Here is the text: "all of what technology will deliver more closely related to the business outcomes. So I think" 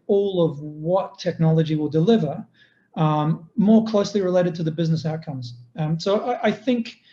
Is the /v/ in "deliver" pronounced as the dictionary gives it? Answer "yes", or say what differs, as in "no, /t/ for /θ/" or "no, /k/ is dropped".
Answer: yes